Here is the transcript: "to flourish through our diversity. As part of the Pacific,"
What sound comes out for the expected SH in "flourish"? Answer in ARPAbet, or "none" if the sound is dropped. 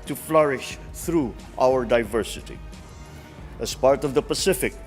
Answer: SH